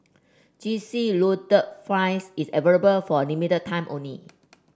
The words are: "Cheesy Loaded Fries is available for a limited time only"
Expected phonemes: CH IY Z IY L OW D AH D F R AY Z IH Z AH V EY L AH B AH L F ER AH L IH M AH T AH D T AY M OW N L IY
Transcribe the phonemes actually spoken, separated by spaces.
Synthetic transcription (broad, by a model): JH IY S IY L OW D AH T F AY S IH S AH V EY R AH B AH L F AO AH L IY M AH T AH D T AY M OW N L IY